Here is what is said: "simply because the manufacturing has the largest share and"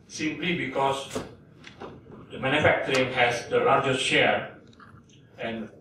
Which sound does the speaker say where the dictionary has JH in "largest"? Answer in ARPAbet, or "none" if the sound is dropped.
JH